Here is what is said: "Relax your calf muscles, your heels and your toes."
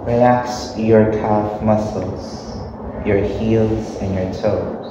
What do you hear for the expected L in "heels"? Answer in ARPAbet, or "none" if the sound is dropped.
L